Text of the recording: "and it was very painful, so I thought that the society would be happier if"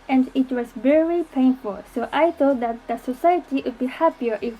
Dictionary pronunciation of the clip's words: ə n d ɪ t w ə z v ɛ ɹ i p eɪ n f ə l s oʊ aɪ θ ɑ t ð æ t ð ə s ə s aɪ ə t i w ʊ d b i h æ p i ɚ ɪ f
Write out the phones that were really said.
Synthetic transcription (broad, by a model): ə n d ɪ t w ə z v ɛ ɹ i p eɪ n f ə l s oʊ aɪ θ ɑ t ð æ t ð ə s ə s aɪ ə t i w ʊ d b i h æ p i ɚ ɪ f